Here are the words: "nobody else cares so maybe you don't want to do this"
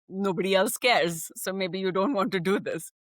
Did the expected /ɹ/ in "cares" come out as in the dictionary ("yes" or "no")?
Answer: yes